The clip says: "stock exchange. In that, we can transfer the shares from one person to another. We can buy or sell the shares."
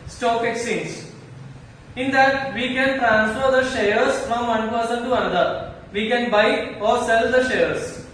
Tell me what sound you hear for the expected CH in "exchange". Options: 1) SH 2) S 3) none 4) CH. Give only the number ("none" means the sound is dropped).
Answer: 3